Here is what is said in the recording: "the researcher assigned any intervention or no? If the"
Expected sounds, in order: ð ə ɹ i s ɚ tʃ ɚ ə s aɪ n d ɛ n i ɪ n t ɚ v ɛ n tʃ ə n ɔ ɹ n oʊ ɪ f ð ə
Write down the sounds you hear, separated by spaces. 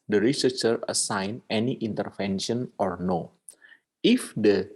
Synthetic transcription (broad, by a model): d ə ɹ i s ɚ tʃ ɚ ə s aɪ n ɛ n i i n t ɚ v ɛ n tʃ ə n ɔ ɹ n oʊ ɪ f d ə